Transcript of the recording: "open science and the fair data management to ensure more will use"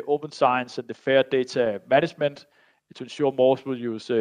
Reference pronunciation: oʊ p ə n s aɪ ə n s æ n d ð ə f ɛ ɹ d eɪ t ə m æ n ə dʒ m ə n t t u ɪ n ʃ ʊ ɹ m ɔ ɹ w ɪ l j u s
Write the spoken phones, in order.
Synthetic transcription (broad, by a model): oʊ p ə n s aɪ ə n s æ n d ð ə f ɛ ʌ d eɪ s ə m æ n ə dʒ m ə n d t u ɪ n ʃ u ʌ m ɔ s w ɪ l j u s